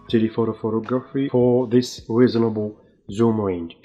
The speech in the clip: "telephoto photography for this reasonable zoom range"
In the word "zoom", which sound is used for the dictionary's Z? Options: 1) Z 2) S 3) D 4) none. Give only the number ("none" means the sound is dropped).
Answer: 1